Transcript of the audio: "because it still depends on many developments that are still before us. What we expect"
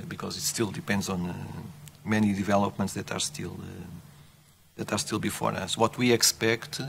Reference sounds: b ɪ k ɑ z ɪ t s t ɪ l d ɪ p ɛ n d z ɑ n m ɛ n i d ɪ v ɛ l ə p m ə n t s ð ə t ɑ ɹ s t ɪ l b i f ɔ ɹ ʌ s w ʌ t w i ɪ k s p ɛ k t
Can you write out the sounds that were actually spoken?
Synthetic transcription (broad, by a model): b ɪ k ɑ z ɪ t s t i l d ɪ p ɛ n d z ɑ n m ɛ n i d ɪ v ɛ l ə p m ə n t s ð ə t ɑ ɹ s t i l b i f ɔ ɹ ʌ s w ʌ t w i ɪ k s p ɛ k t